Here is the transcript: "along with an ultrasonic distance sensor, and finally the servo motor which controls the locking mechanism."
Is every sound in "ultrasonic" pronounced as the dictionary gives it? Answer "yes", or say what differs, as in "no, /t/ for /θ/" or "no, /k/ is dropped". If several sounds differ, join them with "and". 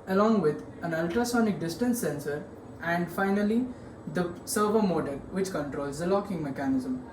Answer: yes